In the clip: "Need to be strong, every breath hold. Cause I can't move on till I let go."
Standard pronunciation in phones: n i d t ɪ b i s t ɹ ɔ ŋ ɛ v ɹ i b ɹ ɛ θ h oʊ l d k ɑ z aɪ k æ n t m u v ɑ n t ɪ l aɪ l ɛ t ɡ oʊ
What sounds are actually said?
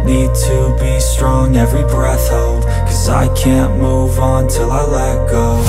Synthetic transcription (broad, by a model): n i d t ɪ b i s t ɹ ɔ ŋ ɛ v ɹ i b ɹ ɛ θ h oʊ l d k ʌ z aɪ k æ n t m u v n t ɪ l aɪ l ɛ t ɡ oʊ